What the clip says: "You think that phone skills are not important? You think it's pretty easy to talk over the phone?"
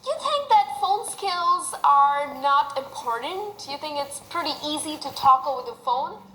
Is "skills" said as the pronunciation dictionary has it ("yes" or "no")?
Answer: yes